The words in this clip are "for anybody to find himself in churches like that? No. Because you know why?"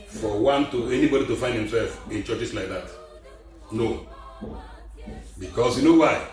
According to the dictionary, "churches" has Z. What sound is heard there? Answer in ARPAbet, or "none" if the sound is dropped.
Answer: S